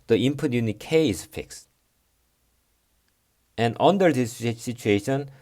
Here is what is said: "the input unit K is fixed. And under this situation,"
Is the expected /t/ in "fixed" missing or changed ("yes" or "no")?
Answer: no